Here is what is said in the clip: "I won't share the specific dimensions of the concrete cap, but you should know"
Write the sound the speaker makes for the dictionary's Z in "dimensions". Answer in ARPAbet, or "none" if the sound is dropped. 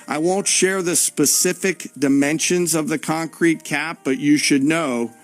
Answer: Z